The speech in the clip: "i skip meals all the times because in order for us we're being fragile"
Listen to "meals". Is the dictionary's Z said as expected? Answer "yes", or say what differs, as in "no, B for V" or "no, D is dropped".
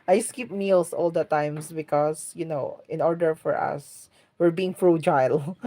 no, S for Z